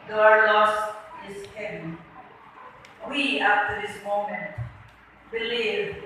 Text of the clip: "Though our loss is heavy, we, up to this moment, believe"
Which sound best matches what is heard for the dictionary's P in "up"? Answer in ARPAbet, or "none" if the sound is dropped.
F